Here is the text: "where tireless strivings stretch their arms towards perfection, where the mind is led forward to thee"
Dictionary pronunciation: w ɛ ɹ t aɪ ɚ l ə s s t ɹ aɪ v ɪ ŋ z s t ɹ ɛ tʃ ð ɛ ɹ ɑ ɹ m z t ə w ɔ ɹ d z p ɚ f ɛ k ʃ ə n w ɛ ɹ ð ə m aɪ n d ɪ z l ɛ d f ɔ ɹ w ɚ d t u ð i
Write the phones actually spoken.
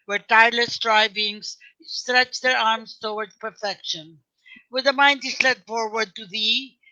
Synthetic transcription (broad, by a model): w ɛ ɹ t aɪ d l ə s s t ɹ aɪ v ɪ ŋ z s t ɹ ɛ tʃ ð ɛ ɹ ɑ ɹ m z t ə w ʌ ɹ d p ɚ f ɛ k ʃ ə n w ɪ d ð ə m aɪ n d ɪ s l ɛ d f ɔ ɹ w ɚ d t u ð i